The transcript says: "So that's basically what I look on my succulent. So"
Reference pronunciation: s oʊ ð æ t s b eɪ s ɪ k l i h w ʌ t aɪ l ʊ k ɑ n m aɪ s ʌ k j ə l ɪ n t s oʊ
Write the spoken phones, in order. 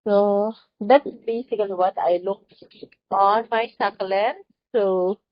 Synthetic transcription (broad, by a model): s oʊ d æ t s b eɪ s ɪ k i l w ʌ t aɪ l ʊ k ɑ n m aɪ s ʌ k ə l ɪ n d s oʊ